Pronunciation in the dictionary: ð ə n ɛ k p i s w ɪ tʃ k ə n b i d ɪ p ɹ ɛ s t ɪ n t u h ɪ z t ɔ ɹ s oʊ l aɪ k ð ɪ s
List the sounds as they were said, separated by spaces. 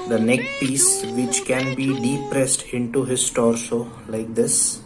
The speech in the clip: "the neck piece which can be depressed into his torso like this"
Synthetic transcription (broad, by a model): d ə n ɛ k p i s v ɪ tʃ k ə n b i d ɪ p ɹ ɛ s t ɪ n t u h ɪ s t ɔ ɹ s oʊ l aɪ k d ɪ s